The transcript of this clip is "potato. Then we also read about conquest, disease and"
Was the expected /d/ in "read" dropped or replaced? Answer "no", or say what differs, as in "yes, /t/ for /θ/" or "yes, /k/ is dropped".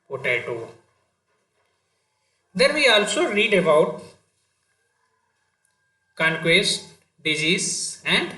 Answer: no